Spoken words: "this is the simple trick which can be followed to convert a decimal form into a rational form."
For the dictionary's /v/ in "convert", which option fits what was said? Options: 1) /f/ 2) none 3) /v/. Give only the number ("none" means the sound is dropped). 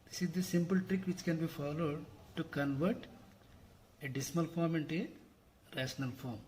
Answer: 3